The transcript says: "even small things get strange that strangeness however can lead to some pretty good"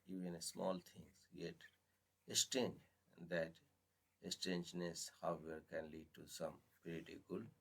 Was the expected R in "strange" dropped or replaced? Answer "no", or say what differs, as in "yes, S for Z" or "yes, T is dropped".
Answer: yes, R is dropped